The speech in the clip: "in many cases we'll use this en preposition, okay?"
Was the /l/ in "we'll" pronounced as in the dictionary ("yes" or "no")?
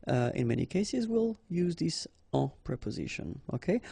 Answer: yes